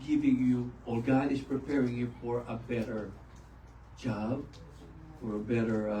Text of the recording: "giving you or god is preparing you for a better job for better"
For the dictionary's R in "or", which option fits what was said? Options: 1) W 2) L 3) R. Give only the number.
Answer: 2